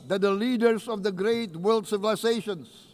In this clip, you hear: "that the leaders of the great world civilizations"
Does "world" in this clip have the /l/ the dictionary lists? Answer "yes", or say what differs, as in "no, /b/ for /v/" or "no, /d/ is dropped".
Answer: yes